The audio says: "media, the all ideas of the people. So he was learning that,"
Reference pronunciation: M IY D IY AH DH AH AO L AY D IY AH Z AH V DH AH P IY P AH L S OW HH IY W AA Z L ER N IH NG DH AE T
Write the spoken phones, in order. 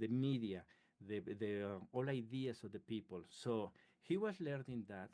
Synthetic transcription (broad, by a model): M IY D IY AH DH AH AO L AY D IY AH S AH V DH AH P IY P AH L S OW HH IY W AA S L ER N IH NG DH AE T